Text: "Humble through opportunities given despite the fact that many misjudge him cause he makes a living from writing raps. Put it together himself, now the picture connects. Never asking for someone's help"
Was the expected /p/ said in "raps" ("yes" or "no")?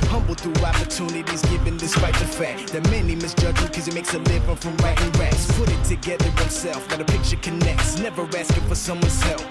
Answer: no